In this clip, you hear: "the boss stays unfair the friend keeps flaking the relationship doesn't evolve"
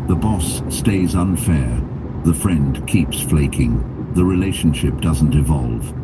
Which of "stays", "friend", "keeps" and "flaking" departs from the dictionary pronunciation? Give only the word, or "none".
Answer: none